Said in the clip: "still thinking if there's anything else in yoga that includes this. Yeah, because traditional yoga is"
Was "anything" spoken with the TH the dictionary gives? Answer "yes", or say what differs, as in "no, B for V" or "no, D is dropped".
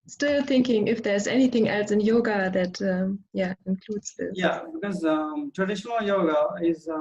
yes